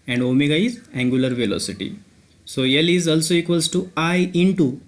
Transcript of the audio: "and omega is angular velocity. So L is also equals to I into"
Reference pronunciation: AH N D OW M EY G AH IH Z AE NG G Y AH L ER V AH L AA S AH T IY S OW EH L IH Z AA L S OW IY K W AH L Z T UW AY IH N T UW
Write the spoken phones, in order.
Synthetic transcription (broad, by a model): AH N D OW M EY G AH IH Z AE NG G Y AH L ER V AH L AA S AH T IY S OW EH L IH Z AA L S OW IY K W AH L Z T UW AY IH N T UW